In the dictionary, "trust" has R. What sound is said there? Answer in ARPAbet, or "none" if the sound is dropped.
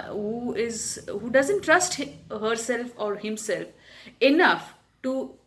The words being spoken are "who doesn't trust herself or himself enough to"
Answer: R